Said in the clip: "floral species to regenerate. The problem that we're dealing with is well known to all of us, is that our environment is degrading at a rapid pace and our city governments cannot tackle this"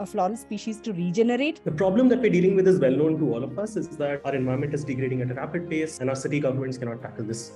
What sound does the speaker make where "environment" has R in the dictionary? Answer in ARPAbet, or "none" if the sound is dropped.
none